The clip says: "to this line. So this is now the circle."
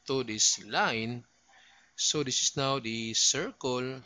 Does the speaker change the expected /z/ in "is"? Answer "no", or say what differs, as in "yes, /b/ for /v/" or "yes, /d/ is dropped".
yes, /s/ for /z/